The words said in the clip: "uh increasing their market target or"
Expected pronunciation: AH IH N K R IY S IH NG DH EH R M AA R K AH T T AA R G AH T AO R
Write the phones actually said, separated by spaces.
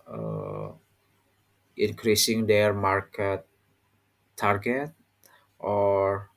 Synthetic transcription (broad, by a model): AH IH N K R IY S IH NG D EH R M AA R K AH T T AA R G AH T AO R